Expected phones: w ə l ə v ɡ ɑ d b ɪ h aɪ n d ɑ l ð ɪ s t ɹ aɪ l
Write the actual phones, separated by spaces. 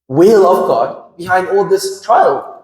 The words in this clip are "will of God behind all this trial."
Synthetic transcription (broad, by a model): w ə l ə v ɡ ɑ d b ɪ h aɪ n d ɑ l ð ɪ s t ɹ aɪ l